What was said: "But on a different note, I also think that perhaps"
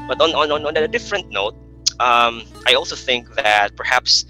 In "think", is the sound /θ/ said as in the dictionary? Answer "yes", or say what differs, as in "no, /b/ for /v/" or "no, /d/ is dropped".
yes